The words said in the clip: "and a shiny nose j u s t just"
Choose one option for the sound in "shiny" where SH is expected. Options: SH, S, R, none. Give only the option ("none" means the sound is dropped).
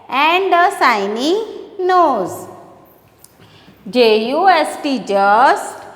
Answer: S